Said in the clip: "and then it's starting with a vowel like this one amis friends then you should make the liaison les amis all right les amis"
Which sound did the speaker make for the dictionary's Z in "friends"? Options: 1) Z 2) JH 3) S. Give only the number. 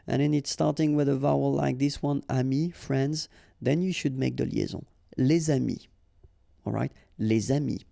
1